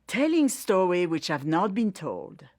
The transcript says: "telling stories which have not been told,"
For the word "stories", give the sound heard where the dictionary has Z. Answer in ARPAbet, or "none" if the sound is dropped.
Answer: none